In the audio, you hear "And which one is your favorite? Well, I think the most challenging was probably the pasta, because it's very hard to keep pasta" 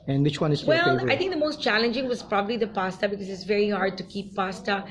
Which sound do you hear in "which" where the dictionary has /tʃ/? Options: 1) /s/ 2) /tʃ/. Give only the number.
2